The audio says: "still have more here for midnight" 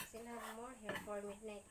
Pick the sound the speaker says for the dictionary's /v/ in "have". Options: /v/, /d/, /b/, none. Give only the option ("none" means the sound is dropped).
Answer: /b/